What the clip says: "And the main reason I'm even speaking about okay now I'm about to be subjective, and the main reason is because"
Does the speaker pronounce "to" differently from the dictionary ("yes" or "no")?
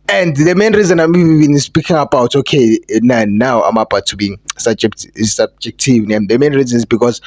yes